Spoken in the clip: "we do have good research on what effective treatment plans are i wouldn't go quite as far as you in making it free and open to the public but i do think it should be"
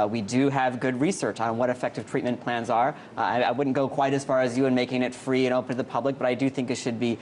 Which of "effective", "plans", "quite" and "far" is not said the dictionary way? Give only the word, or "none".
none